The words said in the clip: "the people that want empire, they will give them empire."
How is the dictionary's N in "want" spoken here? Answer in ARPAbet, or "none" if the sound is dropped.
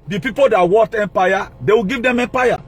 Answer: none